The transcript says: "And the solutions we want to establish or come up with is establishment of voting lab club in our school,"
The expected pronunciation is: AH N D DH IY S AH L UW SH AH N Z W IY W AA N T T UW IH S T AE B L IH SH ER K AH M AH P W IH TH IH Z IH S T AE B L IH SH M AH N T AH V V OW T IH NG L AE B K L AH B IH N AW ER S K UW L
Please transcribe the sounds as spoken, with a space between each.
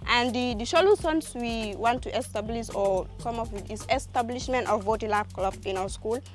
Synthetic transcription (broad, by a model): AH N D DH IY SH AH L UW S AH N S W IY W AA N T T UW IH S T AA B L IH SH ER K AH M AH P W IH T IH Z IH S T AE B L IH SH M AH N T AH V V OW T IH L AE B K L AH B IH N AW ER S K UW L